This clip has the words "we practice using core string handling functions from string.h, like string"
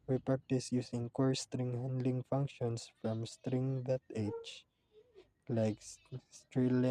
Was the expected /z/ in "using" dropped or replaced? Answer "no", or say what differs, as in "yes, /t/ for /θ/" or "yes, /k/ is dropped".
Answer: yes, /s/ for /z/